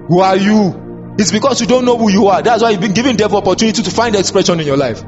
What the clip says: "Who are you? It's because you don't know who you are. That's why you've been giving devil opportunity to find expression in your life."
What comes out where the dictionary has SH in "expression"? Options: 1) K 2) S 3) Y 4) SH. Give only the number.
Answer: 4